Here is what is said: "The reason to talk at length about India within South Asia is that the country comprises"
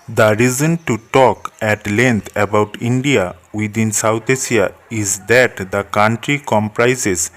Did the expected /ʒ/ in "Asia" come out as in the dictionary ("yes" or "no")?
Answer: no